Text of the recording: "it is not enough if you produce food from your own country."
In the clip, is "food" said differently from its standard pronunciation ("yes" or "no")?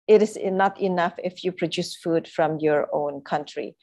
no